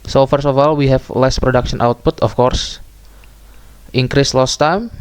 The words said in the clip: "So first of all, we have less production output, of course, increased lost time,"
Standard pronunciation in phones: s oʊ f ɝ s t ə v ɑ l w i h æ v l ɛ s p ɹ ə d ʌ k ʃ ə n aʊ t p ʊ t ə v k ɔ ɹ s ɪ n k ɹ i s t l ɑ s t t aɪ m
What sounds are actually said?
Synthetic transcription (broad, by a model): s oʊ f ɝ s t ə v ɑ l w i h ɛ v l ɛ s p ɹ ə d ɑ k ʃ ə n aʊ t p ʊ t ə f k ɔ ɹ s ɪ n k ɹ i s l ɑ s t t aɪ m